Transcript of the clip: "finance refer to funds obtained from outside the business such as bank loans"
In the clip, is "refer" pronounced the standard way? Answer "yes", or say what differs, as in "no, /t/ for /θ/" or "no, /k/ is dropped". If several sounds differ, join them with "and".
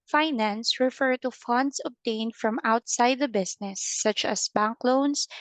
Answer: yes